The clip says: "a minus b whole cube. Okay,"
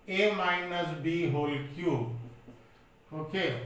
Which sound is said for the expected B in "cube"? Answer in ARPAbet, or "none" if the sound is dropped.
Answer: none